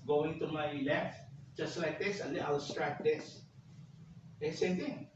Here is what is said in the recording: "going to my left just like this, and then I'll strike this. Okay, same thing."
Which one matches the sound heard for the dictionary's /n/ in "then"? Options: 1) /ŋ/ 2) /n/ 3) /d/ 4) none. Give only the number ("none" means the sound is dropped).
4